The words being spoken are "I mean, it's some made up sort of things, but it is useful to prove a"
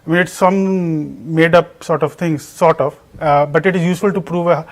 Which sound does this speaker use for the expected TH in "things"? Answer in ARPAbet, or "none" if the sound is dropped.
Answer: T